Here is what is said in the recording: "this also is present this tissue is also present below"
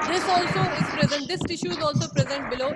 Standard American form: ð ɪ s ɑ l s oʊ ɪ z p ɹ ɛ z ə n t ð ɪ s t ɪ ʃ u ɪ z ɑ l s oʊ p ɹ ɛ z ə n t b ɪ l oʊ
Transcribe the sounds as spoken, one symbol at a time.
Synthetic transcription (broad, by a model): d ɪ s ɑ l s oʊ ɪ z p ɹ ɛ z ə n t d ɪ s t ɪ ʃ u ɪ z ɑ l s oʊ p ɹ ɛ z ə n t b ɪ l oʊ